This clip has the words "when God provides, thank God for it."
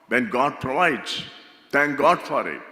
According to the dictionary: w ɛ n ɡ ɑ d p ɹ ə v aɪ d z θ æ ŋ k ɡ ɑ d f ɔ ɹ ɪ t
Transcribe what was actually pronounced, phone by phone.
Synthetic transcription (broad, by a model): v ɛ n ɡ ɑ d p ɹ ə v aɪ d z t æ ŋ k ɡ ɑ d f ɔ ɹ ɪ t